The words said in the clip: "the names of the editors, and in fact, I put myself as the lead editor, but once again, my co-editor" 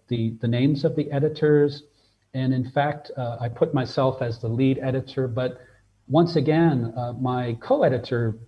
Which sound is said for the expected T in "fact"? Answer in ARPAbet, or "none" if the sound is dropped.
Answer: T